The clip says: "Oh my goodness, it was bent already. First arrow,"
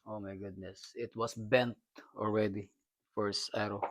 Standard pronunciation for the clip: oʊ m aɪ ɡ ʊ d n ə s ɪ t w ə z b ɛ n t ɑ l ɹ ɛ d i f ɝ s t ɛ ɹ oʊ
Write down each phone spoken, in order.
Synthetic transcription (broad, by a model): oʊ m aɪ ɡ ʊ d n ə s ɪ t w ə s b ɛ n t ɑ l ɹ ɛ d i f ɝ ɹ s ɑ ɹ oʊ